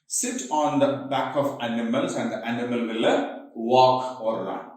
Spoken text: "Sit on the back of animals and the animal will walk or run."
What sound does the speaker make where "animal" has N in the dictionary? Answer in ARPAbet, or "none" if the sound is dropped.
N